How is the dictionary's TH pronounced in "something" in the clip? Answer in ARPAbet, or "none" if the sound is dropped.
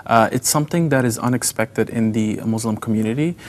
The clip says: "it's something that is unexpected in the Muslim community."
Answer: TH